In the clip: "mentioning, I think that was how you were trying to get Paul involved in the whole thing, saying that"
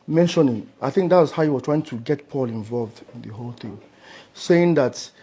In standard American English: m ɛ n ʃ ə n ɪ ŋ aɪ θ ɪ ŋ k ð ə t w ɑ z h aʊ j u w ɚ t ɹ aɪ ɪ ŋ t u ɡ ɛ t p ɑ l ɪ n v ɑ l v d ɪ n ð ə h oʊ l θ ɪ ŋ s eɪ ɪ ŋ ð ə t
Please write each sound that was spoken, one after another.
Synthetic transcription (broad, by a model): m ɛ n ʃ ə n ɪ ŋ aɪ θ ɪ ŋ k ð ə t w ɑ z h aʊ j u w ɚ t ɹ aɪ ɪ ŋ t u ɡ ɛ t p ɑ l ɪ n v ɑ l v d ɪ n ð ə h oʊ l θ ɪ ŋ s eɪ ɪ ŋ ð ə t